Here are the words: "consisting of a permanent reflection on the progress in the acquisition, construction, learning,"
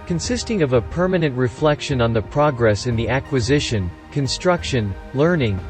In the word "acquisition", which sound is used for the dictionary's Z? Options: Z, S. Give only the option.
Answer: Z